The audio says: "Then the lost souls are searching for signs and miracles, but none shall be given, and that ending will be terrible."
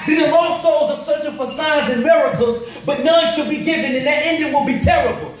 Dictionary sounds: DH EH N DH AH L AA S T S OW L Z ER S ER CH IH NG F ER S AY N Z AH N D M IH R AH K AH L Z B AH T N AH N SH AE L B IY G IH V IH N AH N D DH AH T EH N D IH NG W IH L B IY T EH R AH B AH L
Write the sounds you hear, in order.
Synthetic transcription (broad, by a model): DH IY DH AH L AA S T S OW L Z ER S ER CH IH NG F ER S AY Z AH N M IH R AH K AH L Z B AH T N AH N SH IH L B IY G IH V IH N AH N DH AH T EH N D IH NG W IH L B IY T EH R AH B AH L